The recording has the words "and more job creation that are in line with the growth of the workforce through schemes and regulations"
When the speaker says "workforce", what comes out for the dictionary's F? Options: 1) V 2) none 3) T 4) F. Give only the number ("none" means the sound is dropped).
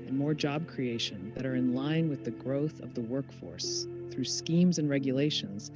4